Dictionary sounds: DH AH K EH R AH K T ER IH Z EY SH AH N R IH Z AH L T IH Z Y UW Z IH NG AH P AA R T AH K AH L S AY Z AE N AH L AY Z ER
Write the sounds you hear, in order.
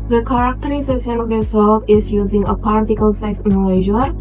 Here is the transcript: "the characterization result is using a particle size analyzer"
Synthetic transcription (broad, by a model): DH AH K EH R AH K T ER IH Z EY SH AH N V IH S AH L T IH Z Y UW Z IH NG AH P AA R T AH K AH L S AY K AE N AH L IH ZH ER